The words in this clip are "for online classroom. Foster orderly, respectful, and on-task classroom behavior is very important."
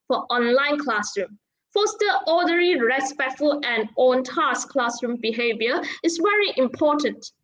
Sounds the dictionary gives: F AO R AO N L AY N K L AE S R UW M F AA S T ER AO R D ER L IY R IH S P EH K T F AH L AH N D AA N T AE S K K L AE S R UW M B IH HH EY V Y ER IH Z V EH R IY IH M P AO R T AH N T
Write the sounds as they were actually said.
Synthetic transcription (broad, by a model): F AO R AO N L AY N K L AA S R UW M F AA S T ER AO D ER IY R IH S P EH K T F AH L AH N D AA N T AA S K K L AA S R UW M B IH HH EY V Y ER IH S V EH R IY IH M P AO T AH N T